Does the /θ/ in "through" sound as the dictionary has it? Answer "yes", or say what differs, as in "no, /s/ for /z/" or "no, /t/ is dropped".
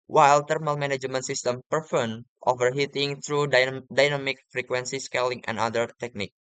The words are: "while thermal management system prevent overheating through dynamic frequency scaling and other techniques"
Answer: no, /t/ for /θ/